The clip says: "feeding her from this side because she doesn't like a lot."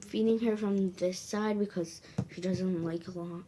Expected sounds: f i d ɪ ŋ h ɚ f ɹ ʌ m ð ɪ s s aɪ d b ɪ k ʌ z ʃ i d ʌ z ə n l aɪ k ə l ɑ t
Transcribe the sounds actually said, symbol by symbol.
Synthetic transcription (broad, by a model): f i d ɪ ŋ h ɚ f ɹ ʌ m ð ɪ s s aɪ d b ɪ k ʌ z ʃ i d ʌ z ə n l aɪ k ə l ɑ t